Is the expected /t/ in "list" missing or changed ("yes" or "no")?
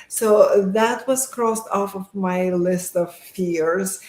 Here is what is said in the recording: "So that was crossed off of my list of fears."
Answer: no